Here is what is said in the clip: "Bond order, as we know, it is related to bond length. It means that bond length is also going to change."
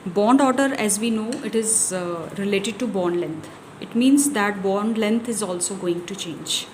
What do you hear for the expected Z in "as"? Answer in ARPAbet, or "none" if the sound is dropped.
Z